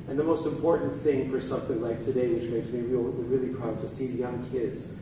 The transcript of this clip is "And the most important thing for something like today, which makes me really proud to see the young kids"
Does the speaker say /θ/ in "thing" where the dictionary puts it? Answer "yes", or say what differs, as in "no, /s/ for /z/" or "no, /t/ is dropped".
yes